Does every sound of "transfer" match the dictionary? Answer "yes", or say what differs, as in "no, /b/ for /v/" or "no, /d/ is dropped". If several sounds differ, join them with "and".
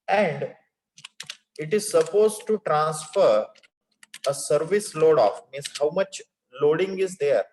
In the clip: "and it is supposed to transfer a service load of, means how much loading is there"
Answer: yes